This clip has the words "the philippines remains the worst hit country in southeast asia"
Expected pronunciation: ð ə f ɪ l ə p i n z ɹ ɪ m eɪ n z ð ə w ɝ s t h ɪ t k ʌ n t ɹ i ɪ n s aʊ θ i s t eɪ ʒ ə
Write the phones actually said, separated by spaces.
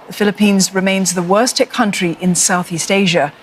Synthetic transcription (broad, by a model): ð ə f ɪ l ə p i n z ɹ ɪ m eɪ n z ð ə w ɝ s t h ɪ k ʌ n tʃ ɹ i ɪ n s aʊ θ i s t eɪ ʒ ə